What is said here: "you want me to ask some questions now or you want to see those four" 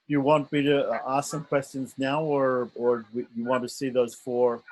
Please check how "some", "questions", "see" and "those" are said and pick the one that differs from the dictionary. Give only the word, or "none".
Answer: none